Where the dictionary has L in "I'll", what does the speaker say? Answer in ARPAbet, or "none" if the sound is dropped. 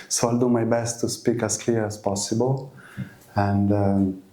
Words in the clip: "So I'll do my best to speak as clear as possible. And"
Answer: L